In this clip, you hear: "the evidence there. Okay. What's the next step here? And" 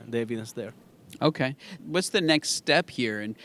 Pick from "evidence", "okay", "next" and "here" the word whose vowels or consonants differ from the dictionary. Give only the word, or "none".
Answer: evidence